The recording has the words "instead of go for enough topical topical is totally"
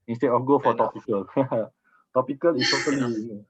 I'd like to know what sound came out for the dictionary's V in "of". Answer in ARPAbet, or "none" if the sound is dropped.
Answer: F